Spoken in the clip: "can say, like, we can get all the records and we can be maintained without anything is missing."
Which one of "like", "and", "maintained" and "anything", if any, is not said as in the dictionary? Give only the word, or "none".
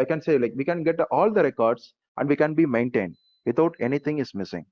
anything